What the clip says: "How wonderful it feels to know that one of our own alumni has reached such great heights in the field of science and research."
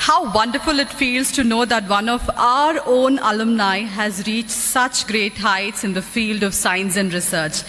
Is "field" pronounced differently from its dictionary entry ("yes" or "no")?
no